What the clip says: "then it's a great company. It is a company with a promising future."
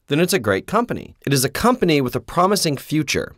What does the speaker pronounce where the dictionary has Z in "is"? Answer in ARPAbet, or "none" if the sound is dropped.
Z